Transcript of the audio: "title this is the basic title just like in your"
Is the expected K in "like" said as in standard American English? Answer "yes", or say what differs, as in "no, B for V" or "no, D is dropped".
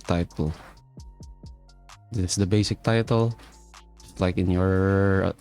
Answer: yes